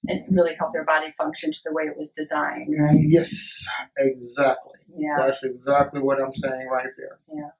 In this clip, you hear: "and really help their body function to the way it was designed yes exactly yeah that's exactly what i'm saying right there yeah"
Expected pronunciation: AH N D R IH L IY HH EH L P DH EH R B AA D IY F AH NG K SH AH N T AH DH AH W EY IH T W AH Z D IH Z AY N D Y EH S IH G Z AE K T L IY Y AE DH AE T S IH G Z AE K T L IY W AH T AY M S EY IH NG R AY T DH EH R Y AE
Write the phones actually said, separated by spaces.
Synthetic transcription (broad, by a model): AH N R IH L IY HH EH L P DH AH R B AA D IY F AH NG K SH AH N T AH DH AH W EY IH T W AH Z D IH Z AY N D Y EH S IH G Z AE K T L IY Y AE DH AE T S IH G Z AE K T L IY W AH T AY M S EY IH NG R AY T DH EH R Y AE